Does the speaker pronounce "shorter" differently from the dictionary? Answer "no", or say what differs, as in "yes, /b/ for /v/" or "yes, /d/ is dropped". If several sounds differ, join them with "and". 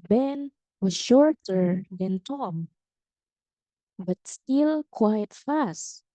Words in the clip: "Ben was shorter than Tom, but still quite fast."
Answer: no